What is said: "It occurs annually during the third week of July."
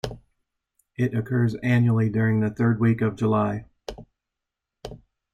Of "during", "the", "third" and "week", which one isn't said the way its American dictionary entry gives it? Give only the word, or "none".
none